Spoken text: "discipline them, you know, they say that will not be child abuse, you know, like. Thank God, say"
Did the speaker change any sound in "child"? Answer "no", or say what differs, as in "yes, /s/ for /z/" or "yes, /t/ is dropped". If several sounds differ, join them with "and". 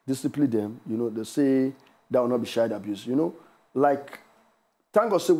yes, /ʃ/ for /tʃ/ and /l/ is dropped